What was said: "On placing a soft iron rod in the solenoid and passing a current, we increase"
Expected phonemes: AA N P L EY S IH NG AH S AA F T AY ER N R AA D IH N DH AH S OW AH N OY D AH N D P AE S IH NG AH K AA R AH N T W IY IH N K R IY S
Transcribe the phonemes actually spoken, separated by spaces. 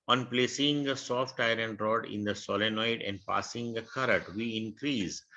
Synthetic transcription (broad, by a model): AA N P L EY S IH NG AH S AA F T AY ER N R AA D IH N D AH S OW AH N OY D AH N D P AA S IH NG AH K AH R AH T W IY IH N K R IY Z